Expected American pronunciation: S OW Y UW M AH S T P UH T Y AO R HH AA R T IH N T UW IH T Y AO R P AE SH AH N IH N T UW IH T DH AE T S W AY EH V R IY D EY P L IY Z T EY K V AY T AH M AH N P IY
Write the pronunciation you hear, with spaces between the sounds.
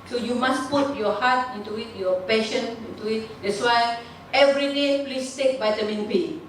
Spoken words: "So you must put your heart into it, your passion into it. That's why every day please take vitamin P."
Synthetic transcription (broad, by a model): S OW Y UW M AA S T P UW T Y AO HH AA T IH N T UW IH T Y AO P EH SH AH N IH N T UW IH T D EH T S W AY EH V R IY D EY P L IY S T EY K B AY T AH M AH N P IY